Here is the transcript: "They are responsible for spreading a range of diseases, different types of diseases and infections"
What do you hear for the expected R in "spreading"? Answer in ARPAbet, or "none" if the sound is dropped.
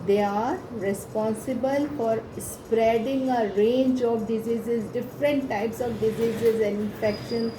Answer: R